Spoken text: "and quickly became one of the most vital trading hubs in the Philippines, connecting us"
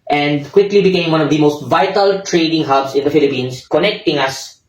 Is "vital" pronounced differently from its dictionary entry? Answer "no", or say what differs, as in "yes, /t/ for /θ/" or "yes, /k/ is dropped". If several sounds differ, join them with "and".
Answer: no